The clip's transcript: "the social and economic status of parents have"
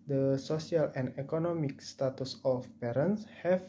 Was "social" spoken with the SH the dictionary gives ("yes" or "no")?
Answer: no